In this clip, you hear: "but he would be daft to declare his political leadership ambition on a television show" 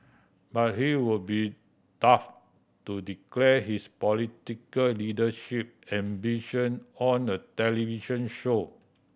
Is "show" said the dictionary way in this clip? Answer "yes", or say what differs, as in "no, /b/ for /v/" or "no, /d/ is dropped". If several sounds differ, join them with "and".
yes